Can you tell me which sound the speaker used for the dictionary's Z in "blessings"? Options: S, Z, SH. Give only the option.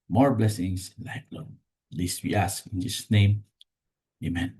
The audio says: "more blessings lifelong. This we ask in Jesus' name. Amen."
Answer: S